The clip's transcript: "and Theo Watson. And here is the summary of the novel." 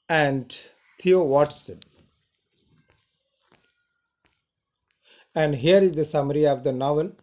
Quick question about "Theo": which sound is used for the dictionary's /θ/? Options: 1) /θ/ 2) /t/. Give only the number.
2